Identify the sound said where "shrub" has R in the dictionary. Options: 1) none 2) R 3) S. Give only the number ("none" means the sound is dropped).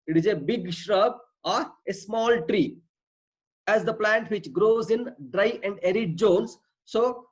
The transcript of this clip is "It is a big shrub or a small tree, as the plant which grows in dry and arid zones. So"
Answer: 2